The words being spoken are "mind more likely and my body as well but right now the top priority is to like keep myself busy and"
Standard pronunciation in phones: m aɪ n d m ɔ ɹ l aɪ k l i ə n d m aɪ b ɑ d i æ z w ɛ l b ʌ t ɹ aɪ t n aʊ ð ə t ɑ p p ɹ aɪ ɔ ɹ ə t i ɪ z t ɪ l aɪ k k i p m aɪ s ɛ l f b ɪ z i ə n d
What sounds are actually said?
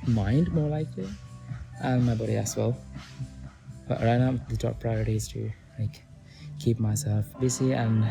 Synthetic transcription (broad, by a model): m aɪ n d m ɔ ɹ l aɪ k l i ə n m aɪ b ɑ d i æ s w ɛ l b ʌ t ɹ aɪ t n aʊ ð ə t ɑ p p ɹ aɪ ɔ ɹ ə t i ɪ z t ɪ l aɪ k k i p m aɪ s ɛ l f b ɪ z i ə n